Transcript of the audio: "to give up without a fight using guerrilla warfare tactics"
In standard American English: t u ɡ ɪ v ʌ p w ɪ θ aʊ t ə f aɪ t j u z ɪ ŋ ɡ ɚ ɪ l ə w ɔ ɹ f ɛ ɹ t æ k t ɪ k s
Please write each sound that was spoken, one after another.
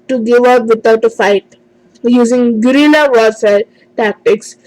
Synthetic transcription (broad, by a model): t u ɡ ɪ v ʌ p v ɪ t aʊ t ə f aɪ t j u z ɪ ŋ ɡ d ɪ n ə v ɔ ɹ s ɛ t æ k t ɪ k s